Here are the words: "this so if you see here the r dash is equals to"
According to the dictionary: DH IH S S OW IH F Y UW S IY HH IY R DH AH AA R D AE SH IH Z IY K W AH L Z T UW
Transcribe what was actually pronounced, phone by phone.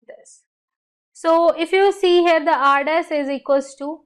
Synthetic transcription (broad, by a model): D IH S S OW IH F Y UW S IY HH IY R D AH AA R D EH S IH Z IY K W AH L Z T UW